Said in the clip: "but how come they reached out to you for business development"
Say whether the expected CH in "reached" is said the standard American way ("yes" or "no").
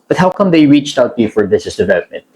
yes